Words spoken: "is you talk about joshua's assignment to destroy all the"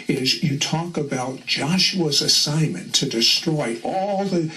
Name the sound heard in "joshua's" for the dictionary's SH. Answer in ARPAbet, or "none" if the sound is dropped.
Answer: SH